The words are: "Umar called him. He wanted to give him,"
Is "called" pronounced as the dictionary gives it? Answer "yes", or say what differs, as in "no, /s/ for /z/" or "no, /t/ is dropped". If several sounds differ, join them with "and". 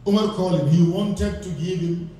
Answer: no, /d/ is dropped